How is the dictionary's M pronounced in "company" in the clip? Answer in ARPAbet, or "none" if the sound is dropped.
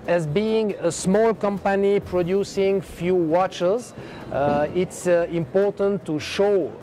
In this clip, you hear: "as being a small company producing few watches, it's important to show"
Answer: M